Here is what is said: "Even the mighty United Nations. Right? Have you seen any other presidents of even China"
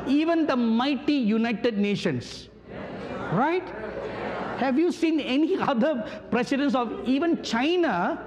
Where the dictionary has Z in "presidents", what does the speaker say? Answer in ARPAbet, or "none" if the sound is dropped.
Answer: S